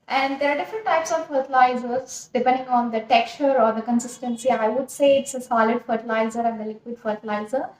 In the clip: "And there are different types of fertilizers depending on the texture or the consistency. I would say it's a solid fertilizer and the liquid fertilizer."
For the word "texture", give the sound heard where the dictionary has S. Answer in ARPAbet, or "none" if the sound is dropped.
none